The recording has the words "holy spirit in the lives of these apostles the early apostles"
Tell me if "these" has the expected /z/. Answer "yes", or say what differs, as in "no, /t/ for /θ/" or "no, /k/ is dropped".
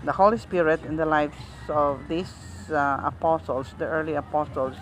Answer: no, /s/ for /z/